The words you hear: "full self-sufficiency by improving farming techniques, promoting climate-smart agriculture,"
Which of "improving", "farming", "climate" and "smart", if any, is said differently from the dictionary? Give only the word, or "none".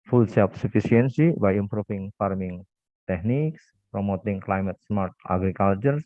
improving